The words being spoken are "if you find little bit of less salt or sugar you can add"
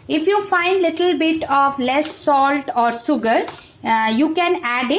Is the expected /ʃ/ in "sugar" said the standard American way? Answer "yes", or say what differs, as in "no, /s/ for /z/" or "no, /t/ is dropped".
no, /s/ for /ʃ/